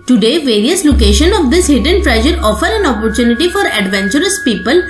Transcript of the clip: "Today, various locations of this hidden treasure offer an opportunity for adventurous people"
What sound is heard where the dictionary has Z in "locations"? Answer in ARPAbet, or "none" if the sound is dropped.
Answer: none